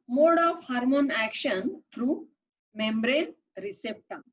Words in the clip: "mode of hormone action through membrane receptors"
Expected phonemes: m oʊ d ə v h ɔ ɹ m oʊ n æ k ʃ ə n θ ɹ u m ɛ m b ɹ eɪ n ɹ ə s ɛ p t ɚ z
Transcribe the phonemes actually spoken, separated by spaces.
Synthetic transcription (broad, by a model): m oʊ d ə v h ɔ ɹ m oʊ n æ k ʃ ə n t ɹ u m ɛ m b ɹ eɪ n ɹ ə s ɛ p t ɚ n